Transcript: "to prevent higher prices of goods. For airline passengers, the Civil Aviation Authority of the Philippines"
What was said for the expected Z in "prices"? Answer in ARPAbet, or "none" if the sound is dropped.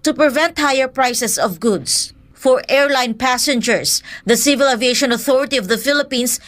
S